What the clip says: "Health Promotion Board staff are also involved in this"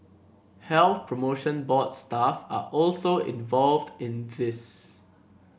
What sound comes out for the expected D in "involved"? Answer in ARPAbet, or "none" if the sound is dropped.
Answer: D